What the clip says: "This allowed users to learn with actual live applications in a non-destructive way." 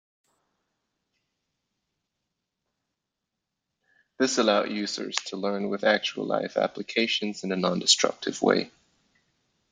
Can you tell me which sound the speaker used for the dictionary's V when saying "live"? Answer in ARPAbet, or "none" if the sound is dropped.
F